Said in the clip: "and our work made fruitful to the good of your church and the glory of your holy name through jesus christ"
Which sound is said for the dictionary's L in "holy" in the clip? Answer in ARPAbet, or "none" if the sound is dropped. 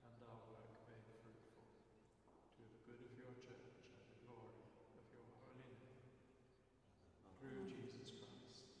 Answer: L